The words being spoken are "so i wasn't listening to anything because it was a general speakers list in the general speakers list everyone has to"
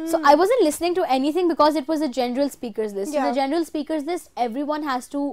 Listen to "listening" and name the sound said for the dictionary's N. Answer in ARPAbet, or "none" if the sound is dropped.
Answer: N